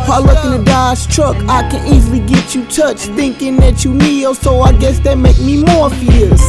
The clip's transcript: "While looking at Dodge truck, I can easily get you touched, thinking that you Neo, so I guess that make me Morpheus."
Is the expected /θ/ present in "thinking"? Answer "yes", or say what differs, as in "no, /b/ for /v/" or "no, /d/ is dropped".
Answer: yes